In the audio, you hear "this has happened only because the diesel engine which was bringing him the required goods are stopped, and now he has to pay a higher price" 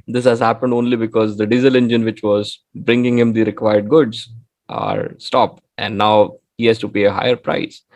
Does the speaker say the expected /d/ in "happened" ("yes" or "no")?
yes